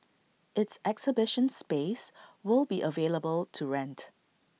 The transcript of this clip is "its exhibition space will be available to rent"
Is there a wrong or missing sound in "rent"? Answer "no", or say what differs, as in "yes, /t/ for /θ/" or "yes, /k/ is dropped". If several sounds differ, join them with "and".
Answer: no